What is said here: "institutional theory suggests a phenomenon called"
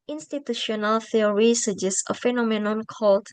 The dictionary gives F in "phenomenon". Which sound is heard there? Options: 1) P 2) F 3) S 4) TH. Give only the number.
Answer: 2